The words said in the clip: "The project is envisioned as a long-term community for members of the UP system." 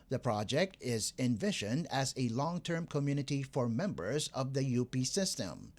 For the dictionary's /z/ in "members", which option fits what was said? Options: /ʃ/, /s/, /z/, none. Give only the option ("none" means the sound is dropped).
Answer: /z/